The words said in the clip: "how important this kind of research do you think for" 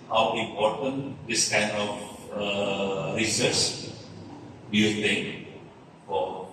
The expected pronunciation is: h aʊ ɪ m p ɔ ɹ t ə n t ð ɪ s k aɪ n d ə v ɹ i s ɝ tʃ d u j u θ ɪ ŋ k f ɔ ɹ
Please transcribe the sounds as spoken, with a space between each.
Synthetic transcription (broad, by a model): h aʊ ɪ m p ɔ ɹ t ə n t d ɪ s k aɪ n d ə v ɹ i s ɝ s d u j u t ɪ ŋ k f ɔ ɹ